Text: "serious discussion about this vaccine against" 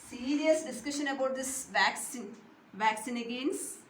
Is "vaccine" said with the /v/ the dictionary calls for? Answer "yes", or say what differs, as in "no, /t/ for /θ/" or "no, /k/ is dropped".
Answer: yes